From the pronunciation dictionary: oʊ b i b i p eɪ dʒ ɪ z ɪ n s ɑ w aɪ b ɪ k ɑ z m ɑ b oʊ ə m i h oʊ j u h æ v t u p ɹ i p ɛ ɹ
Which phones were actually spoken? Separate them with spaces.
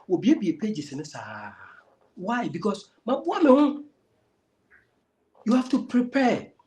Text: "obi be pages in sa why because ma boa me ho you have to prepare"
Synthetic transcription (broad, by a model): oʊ b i b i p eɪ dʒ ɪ s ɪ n s ɑ w aɪ b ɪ k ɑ s m ɑ b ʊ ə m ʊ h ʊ j u h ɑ f t u p ɹ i p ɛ